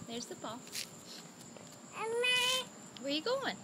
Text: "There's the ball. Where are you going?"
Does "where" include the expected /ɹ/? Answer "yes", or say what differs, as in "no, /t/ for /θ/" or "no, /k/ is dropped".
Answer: no, /w/ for /ɹ/